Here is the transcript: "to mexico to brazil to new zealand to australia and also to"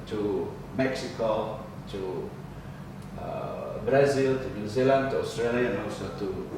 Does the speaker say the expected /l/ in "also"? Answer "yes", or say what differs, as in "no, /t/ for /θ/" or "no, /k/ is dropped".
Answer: no, /l/ is dropped